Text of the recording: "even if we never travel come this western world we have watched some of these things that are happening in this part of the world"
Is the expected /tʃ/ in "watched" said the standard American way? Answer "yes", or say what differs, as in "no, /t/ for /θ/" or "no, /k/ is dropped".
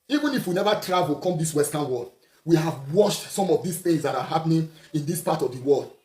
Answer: no, /ʃ/ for /tʃ/